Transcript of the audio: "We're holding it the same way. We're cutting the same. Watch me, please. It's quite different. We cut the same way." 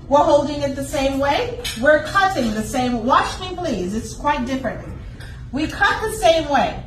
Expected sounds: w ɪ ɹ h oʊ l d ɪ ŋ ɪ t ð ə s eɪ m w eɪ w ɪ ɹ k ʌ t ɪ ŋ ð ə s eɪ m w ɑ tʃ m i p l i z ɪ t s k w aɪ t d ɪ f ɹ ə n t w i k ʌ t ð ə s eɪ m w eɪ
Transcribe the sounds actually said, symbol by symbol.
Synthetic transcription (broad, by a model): w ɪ ɹ h oʊ l d ɪ ŋ ɪ t ð ə s eɪ m w eɪ w ɪ ɹ k ʌ t ɪ ŋ ð ə s eɪ m w ɑ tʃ m i p l i z ɪ t s k w aɪ t d ɪ f ɹ ə n t w i k ʌ t ð ə s eɪ m w eɪ